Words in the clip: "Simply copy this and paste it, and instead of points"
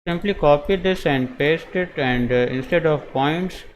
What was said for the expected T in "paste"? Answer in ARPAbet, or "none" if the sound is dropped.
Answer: T